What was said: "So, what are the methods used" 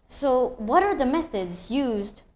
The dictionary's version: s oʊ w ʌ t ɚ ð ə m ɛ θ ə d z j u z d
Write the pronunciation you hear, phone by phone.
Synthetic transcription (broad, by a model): s oʊ w ʌ t ɚ ð ə m ɛ θ ə d z j u z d